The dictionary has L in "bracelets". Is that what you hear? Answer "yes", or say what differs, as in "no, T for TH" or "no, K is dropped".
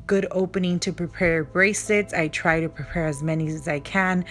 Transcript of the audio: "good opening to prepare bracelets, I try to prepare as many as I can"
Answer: no, L is dropped